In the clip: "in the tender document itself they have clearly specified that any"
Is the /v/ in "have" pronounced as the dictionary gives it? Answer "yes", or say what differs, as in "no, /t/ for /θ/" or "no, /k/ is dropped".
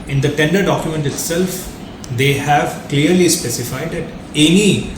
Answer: yes